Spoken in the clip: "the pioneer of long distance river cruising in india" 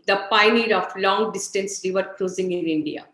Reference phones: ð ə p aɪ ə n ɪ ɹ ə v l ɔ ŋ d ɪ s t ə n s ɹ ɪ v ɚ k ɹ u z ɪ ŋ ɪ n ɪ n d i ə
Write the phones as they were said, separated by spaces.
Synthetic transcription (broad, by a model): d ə p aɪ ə n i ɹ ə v l ɔ ŋ d ɪ s t ə n s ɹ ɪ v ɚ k l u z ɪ ŋ ɪ n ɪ n d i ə